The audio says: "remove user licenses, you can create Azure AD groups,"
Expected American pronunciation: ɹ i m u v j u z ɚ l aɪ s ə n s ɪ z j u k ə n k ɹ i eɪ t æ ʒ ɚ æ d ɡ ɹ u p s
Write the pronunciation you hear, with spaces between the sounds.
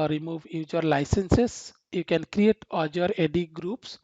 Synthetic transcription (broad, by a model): ɹ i m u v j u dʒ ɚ l aɪ s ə n s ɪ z j u k ə n k ɹ i eɪ t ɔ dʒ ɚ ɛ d ɡ ɹ u p s